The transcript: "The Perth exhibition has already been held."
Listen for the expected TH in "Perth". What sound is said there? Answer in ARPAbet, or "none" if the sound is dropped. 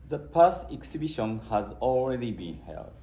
S